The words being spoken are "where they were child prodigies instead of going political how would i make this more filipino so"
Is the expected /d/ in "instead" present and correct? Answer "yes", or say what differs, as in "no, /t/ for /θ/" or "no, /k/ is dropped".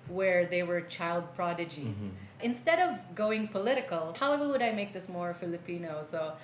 yes